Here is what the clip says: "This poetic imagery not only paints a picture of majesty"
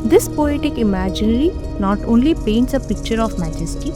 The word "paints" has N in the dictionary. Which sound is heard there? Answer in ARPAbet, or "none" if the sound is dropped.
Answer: N